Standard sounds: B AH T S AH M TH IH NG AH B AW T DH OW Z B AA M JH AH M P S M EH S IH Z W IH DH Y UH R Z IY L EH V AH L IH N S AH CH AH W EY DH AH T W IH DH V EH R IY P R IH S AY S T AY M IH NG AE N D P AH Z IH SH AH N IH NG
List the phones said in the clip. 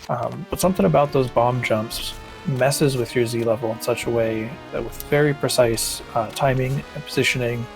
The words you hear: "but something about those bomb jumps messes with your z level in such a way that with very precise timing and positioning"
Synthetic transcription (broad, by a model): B AH T S AH M TH IH NG AH B AW T DH OW Z B AA M JH AH M P S M EH S IH Z W IH DH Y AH R Z IY L EH V L IH N S AH CH AH W EY DH AH T W IH DH V EH R IY P R IH S AY S T AY M IH NG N P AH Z IH SH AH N IH NG